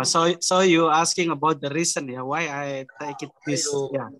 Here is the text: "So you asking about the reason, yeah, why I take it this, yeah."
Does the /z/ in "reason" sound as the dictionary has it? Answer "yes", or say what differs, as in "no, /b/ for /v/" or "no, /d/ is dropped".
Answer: no, /s/ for /z/